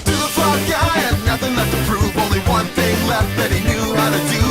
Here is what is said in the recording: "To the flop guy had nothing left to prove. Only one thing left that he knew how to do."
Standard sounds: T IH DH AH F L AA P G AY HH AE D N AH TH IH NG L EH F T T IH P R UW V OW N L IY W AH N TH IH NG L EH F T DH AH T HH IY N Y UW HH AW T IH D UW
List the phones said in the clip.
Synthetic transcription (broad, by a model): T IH DH AH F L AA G AY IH N AH TH IH NG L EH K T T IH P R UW OW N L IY W AH N TH IH NG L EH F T DH AH T HH IY N Y UW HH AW T IH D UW